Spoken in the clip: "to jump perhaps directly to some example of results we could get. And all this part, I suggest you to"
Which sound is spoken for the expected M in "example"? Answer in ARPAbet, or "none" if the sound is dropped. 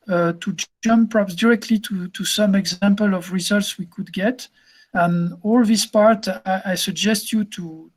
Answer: M